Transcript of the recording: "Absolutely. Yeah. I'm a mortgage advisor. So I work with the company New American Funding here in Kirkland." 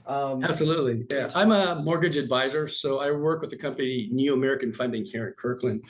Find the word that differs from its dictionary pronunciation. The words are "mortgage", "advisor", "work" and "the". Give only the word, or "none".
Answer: none